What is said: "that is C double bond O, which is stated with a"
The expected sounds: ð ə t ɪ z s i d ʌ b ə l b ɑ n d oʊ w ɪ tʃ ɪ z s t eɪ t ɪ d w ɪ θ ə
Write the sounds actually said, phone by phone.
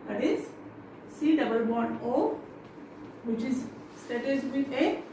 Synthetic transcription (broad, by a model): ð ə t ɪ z s i d ʌ b ə l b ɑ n oʊ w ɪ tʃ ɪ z s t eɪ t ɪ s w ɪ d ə